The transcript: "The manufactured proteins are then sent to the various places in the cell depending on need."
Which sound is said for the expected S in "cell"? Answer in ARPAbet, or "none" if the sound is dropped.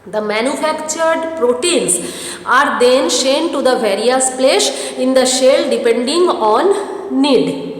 SH